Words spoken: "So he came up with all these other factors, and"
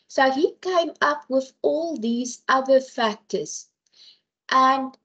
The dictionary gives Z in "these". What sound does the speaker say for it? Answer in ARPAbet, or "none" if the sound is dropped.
Z